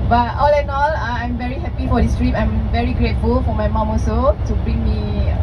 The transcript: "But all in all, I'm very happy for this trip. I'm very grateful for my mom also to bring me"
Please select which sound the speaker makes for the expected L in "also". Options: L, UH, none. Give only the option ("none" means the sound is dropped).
none